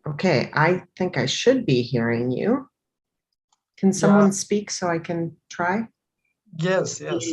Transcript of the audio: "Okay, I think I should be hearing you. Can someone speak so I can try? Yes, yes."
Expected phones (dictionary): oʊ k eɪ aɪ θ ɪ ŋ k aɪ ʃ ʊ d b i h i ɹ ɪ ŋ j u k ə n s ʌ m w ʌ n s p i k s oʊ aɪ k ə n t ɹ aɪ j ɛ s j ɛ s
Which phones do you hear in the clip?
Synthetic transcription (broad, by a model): oʊ k eɪ aɪ θ ɪ ŋ k aɪ ʃ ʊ d b i h i ɹ ɪ ŋ j u k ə n s ʌ m w ʌ n s p i k s oʊ aɪ k ə n t ɹ aɪ j ɛ s j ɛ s